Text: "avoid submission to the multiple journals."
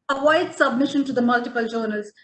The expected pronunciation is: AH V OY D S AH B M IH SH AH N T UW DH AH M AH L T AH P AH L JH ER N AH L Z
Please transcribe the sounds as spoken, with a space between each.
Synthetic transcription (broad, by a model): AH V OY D S AH B M IH SH AH N T UW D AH M AH L T AH P AH L JH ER N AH L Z